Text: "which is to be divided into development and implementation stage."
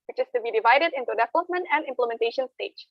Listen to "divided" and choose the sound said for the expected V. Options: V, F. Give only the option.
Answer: V